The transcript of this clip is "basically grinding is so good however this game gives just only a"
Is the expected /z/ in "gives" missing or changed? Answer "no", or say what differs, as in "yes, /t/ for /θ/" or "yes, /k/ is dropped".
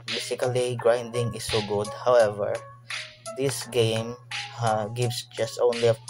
yes, /s/ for /z/